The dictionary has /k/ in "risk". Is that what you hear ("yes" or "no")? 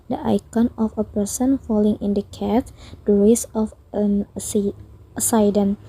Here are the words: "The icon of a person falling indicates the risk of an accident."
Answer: no